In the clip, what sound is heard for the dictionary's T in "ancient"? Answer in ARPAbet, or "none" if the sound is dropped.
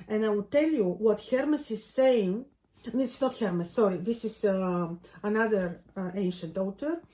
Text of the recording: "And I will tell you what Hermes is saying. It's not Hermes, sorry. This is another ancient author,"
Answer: T